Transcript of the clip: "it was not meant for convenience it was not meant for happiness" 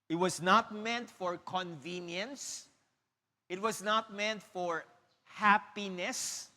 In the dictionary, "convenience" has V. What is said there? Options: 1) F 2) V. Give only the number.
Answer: 2